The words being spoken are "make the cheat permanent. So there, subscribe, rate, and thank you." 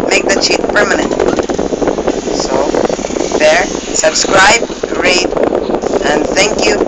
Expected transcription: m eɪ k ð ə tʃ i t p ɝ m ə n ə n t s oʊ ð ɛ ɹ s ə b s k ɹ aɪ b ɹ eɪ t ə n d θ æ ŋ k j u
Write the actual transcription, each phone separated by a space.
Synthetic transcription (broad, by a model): m eɪ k ð ə tʃ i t p ɝ m ə n ə n t s oʊ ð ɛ ɹ s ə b s k ɹ aɪ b ɹ eɪ t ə n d θ æ ŋ k j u